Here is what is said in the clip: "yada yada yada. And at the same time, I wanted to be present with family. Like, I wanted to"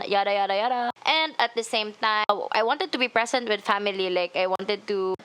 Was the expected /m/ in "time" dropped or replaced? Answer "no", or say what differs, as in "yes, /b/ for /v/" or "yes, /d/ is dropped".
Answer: yes, /m/ is dropped